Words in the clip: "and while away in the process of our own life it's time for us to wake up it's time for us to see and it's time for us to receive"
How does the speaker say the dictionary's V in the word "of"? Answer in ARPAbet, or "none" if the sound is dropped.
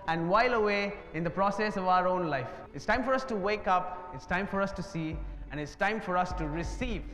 V